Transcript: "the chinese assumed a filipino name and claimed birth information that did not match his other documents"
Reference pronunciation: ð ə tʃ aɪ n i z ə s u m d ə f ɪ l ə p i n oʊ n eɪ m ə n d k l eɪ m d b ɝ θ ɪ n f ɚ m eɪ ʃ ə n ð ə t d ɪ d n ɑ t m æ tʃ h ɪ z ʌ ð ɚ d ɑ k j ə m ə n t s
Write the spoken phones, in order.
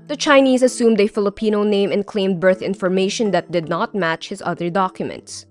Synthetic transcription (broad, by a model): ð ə tʃ aɪ n i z ə s u m d ə f ɪ l ə p i n oʊ n eɪ m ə n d k l eɪ m d b ɝ θ ɪ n f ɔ m eɪ ʃ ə n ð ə t d ɪ d n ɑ t m æ tʃ h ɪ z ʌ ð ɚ d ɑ k j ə m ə n t s